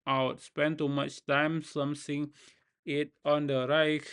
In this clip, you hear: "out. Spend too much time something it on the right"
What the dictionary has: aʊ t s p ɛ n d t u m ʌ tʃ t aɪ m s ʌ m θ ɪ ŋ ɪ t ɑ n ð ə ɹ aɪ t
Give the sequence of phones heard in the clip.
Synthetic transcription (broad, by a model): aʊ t s p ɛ n t u m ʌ tʃ t aɪ m s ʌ m s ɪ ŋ ɪ t ɑ n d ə ɹ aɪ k